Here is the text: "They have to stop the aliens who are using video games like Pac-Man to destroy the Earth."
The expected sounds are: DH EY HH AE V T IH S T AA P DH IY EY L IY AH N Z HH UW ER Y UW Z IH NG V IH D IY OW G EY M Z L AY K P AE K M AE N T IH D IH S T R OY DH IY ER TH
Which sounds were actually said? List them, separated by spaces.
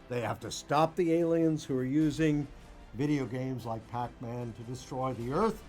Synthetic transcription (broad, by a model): DH EY HH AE F T IH S T AA P DH IY EY L IY AH N Z HH UW ER Y UW Z IH NG V IH D IY OW G EY M Z L AY K P AE K M AE N T IH D IH S T R OY DH IY ER TH